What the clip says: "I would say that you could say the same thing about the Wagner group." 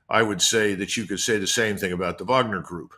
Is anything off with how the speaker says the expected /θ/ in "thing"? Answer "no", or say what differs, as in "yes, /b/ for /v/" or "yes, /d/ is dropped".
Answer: no